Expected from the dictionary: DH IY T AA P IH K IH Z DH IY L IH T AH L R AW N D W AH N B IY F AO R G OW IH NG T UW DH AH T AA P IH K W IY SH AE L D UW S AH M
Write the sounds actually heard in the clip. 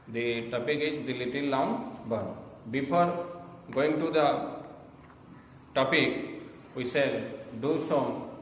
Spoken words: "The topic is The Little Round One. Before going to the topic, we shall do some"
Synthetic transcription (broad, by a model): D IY T AA P IH K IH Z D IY L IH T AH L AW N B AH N B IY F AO R G OW IH NG T UW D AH T AA P IH K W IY S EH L D UW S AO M